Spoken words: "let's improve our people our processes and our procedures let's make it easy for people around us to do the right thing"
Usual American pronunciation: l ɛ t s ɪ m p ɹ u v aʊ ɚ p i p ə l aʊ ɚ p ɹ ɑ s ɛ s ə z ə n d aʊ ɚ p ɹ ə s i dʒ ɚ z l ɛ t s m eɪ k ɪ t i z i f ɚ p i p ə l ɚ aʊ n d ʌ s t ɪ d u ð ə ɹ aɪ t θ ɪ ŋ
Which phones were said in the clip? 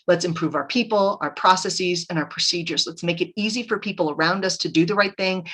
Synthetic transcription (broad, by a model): l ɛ t s ɪ m p ɹ u v aʊ ɚ p i p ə l aʊ ɚ p ɹ ɑ s ɛ s ə z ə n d aʊ ɚ p ɹ ə s i dʒ ɚ z l ɛ t s m eɪ k ɪ t i z i f ɚ p i p l ɚ aʊ n d ʌ s t ɪ d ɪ ð ə ɹ aɪ t θ ɪ ŋ